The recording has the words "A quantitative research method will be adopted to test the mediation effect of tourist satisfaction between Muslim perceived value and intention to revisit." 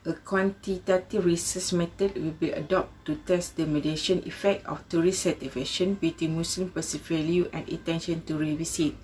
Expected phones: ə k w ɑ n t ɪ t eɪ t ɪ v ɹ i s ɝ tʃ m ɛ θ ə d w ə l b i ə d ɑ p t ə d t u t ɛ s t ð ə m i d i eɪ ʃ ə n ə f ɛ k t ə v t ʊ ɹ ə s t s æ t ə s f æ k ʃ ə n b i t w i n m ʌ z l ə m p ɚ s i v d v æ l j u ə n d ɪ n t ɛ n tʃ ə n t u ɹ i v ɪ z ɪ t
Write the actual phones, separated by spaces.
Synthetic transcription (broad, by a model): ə k w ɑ n t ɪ t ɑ t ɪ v ɹ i s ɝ s m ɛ t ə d w ə l b i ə d ɑ p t t u t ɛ s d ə m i d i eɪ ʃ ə n ə f ɛ k t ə f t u ɹ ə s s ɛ t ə f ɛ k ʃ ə n b i t w i n m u s l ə m p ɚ s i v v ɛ l j u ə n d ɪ t ɛ n ʃ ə n t u ɹ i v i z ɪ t